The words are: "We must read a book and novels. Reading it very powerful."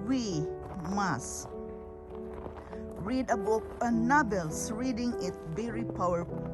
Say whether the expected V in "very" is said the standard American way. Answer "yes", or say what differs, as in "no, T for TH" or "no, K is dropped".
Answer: no, B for V